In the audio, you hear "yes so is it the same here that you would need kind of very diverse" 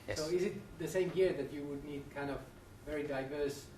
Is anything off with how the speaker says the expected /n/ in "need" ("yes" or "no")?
no